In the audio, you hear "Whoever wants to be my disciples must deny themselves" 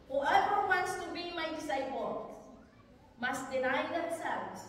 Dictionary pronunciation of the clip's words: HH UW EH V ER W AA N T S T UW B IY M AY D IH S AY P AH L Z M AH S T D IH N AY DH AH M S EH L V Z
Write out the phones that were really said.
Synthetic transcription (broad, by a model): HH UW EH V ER W AA N T S T UW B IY M AY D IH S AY B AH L M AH S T D IH N AY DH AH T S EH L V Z